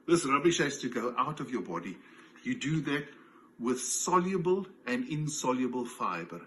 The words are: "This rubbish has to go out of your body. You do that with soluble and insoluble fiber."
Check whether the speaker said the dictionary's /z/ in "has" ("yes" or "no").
no